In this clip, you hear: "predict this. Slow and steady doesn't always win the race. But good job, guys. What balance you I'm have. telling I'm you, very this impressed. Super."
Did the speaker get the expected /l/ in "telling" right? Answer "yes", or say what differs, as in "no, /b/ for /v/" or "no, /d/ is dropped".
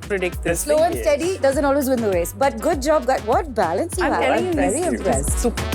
no, /l/ is dropped